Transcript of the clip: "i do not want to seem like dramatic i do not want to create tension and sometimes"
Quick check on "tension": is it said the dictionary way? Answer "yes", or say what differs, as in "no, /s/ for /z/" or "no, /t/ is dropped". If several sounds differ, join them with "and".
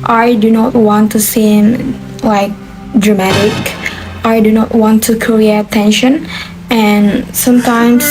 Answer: yes